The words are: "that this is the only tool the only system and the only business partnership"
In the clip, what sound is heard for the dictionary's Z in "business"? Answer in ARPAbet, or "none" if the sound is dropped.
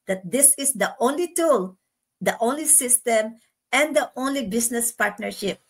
S